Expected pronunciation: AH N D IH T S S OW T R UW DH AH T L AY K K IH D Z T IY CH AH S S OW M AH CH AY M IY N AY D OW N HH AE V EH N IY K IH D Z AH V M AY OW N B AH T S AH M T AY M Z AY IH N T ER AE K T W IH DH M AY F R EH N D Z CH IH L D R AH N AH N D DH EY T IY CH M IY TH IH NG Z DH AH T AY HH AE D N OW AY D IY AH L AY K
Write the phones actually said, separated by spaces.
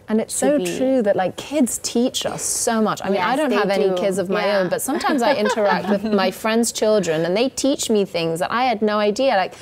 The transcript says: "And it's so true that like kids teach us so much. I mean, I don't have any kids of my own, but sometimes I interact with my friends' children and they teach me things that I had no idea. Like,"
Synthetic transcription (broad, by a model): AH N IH T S S OW T R UW DH AH T L AY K K IH D Z T IY CH AH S S OW M AH CH AY M IY N AY D OW N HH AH V EH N IY K IH D Z AH V M AY OW N B AH T S AH M T AY M Z AY IH N T ER AE K T W IH DH M AY F R EH N D Z CH IH L D R AH N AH N DH EY T IY CH M IY TH IH NG Z DH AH T AY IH D N OW AY D IY AH L AY K